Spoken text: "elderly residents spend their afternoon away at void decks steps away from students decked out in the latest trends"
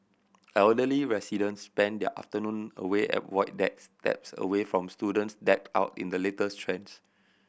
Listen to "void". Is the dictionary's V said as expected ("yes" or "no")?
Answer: no